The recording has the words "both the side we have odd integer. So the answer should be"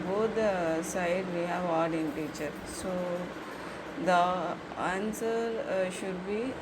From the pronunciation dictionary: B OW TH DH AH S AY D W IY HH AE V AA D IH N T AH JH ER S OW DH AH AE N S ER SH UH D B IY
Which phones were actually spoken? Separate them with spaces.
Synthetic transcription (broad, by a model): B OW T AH S AY D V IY HH AE V AA D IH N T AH CH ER S OW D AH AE N S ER SH UH D B IY